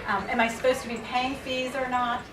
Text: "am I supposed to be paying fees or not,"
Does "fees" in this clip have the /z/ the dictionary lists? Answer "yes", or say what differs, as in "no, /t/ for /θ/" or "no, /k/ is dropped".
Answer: yes